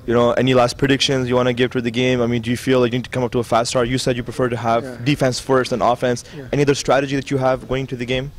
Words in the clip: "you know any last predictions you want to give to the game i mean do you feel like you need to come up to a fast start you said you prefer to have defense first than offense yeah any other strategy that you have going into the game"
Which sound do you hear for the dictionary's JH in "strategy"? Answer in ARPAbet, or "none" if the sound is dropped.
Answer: JH